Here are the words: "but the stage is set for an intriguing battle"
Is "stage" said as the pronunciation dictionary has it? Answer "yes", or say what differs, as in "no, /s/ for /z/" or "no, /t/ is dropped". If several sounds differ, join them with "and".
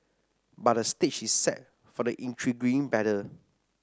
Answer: no, /tʃ/ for /dʒ/